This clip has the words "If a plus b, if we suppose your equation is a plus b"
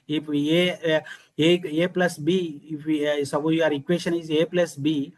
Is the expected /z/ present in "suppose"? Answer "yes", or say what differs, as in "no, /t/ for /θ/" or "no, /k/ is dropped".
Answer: no, /z/ is dropped